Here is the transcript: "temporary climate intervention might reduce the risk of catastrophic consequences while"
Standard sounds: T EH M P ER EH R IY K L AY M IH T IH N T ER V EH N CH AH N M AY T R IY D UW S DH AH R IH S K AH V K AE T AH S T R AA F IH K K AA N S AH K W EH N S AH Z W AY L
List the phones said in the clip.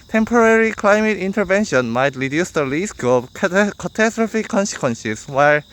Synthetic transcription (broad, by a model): T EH M P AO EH R IY K L AY M IH T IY N T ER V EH N SH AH N M AY T R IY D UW S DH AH L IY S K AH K K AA T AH S T R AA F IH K K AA N S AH K W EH N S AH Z W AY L